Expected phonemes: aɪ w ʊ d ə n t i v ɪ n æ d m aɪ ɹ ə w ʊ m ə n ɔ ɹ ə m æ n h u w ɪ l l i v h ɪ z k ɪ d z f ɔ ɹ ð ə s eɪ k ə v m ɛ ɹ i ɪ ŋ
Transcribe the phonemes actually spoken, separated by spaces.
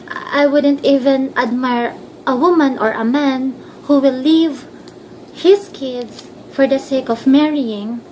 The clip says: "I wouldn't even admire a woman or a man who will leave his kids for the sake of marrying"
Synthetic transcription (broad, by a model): aɪ w ʊ d ə n t i v ɪ n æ d m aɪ ɹ ə w ʊ m ə n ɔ ɹ ə m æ n h u w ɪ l l i v h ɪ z k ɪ d s f ɔ ɹ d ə s eɪ k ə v m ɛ ɹ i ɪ ŋ